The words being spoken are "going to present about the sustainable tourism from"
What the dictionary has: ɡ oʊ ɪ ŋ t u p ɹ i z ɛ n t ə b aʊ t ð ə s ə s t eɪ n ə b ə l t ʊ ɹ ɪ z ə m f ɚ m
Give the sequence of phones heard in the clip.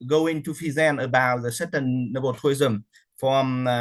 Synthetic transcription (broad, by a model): ɡ oʊ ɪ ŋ t u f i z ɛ n ə b aʊ t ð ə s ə t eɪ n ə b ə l t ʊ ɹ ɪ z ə m f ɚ m